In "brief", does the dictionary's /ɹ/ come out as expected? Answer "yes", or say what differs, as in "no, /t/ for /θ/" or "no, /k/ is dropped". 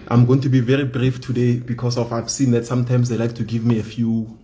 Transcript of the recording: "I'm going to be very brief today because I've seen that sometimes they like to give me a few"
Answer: yes